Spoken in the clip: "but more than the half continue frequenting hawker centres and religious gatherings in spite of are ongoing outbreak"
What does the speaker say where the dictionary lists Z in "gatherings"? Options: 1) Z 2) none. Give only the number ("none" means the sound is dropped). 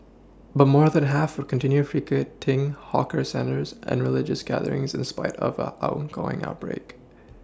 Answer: 1